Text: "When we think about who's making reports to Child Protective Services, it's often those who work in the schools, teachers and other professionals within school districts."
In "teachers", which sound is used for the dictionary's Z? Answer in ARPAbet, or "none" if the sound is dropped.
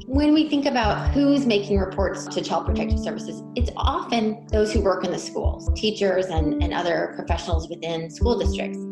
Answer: Z